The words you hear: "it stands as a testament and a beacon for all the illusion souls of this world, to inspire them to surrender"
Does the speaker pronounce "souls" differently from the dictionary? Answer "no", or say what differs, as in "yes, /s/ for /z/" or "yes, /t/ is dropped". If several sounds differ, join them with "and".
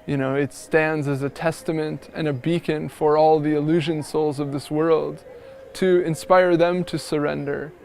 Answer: no